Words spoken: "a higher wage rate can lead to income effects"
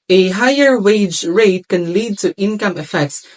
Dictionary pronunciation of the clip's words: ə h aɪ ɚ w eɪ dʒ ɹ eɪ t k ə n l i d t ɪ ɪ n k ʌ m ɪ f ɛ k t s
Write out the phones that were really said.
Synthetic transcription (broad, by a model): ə h aɪ ɚ w eɪ dʒ ɹ eɪ t k ə n l i d t ɪ ɪ n k ʌ m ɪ f ɛ k t s